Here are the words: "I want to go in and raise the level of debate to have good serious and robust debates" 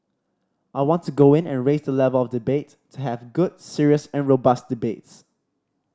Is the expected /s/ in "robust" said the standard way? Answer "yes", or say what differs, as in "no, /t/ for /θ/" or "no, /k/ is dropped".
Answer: yes